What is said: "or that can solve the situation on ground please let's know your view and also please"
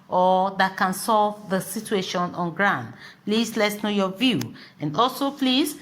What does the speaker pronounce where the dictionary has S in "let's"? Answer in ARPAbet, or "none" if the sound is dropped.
S